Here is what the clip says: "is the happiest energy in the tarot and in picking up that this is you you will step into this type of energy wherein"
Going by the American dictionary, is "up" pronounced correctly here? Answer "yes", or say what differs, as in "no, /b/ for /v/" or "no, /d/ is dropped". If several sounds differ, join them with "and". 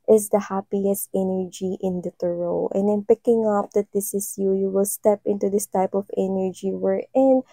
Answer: yes